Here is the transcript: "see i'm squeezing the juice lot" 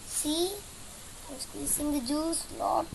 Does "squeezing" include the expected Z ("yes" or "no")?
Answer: no